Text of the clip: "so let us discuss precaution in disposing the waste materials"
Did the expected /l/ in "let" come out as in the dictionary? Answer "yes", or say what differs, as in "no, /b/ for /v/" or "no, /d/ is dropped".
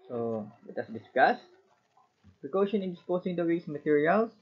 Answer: no, /w/ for /l/